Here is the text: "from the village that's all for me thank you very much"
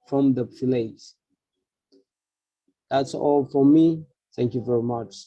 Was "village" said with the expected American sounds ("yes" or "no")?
no